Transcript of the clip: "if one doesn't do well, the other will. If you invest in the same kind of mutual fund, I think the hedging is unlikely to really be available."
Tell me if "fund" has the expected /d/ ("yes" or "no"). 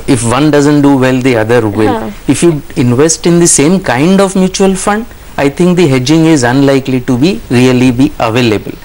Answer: yes